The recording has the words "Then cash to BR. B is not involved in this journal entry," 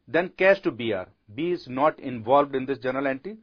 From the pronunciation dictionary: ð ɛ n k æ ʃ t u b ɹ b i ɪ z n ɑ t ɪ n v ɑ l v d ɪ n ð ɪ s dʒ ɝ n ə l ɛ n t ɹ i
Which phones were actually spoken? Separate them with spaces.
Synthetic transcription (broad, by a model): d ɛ n k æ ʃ t u b ɹ b i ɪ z n ɑ t ɪ n v ɑ l v d ɪ n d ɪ s dʒ ɝ n ə l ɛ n t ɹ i